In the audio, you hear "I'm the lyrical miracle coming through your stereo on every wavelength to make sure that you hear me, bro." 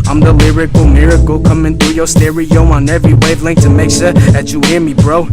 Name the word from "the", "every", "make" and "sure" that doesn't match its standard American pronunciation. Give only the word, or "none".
sure